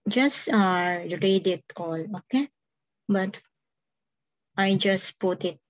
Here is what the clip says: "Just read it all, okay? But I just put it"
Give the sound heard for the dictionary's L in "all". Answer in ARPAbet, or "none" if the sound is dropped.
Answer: L